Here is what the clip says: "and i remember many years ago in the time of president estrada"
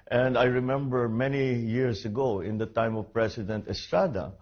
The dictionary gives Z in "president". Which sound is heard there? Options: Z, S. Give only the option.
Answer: S